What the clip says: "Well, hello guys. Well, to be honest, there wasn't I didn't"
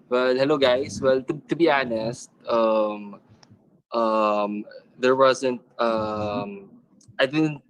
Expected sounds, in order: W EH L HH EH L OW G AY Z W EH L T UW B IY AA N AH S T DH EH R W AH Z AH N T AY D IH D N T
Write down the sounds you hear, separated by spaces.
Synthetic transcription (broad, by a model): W EH L HH EH L OW G AY S W EH L T UW B IY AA N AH S T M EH R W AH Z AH N T AY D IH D N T